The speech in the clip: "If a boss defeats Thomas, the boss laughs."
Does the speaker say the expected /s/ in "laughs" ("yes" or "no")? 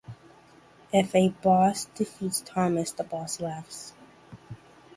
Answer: yes